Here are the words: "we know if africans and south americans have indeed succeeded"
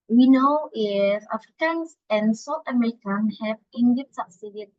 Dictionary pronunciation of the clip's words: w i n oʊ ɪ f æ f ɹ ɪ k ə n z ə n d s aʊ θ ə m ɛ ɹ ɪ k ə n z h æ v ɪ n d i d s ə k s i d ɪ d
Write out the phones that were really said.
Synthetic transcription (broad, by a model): w i n oʊ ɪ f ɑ f ɹ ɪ k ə n s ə n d s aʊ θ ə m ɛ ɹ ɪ k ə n h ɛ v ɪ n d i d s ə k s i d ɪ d